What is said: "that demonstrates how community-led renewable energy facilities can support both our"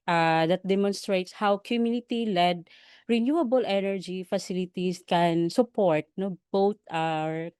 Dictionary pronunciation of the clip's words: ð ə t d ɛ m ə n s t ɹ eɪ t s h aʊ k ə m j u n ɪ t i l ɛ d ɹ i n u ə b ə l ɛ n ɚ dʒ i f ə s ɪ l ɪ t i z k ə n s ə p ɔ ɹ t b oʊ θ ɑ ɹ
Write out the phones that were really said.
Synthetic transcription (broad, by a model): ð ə t d ɛ m ə n s t ɹ eɪ t s h aʊ k ə m j u n ɪ t i l ɛ d ɹ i n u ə b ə l ɛ n ɚ dʒ i f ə s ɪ l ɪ t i s k ə n s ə p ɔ ɹ t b oʊ t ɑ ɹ